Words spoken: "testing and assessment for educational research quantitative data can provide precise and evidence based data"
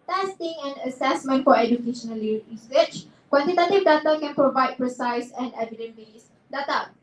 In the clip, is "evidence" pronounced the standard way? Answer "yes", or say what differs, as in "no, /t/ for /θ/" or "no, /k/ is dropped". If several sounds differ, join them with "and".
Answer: no, /s/ is dropped